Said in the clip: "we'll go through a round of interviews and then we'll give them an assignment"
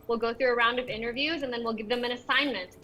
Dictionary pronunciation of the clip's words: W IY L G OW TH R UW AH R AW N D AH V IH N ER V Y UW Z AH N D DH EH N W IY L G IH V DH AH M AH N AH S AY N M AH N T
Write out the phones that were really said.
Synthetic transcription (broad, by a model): W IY L G OW TH R UW AH R AW N D AH V IH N ER V Y UW Z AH N DH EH N W IY L G IH V DH AH M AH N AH S AY N M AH N T